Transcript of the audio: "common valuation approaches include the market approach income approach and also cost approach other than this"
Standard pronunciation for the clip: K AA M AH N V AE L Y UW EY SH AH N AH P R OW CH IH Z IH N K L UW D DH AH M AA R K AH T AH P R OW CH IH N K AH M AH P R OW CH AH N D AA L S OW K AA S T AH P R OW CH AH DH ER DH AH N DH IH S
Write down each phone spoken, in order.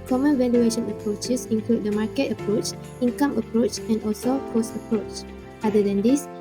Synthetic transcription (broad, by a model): K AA M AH N V AE L Y UW EY SH AH N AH P R OW CH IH S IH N K L UW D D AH M AA K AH T AH P R OW CH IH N K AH M AH P R OW CH AH N D AA L S OW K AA S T AH P R OW CH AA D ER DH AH N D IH S